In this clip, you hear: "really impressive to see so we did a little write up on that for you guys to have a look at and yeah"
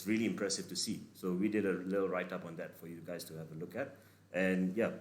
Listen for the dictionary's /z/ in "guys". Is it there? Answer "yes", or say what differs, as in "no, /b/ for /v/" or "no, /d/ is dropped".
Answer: no, /s/ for /z/